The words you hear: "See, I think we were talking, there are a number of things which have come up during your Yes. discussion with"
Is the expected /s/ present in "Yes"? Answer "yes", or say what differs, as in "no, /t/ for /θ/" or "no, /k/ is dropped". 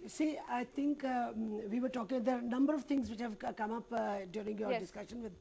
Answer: no, /s/ is dropped